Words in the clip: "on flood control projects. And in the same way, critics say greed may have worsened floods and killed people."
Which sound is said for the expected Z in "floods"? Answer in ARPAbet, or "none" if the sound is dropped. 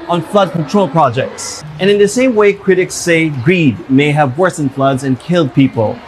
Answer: Z